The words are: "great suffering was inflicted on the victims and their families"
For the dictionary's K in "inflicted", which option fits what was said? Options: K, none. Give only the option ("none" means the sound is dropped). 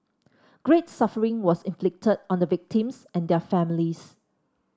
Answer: K